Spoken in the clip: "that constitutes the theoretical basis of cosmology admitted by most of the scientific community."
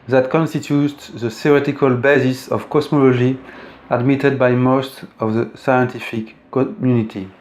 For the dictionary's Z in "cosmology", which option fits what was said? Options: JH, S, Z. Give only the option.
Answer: S